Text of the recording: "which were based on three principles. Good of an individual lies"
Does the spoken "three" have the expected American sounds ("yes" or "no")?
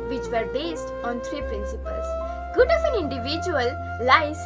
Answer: no